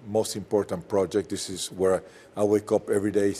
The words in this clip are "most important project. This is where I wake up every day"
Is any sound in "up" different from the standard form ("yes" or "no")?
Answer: no